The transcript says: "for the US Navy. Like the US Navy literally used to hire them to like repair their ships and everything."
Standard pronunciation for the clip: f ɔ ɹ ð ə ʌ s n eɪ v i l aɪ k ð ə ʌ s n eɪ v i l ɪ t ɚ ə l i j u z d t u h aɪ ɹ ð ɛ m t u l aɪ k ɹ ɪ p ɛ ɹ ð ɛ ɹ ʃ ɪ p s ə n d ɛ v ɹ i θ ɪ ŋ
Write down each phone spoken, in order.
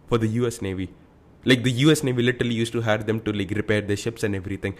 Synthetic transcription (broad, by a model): f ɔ ɹ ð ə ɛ s n eɪ v i l aɪ k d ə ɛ s n eɪ v i l ɪ t ɚ ə l i j u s t u h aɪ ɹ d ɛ m t u l aɪ k ɹ ɪ p ɛ ɹ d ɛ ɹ ʃ ɪ p s ə n d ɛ v ɹ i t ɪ ŋ